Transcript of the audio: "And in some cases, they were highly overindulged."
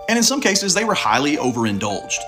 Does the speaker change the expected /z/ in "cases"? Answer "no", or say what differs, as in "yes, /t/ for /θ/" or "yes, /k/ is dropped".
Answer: no